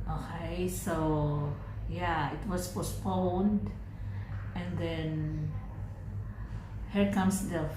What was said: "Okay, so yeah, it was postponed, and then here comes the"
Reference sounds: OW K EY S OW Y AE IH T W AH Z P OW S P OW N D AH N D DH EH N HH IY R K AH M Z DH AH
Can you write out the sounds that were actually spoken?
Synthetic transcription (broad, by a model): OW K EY S OW Y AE IH T W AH S P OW S P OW N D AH N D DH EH N HH IY R K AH M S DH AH